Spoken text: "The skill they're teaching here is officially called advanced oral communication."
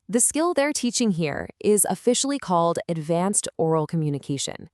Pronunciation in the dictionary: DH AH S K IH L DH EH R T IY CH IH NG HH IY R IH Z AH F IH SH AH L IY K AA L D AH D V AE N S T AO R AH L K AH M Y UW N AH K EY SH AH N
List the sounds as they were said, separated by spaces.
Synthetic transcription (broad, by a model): DH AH S K IH L DH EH R T IY CH IH NG HH IY R IH Z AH F IH SH L IY K AA L D AH D V AE N S T AO R L K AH M Y UW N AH K EY SH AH N